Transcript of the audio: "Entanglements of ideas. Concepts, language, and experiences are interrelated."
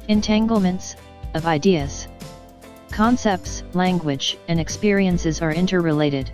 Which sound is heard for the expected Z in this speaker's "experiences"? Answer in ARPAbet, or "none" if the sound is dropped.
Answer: Z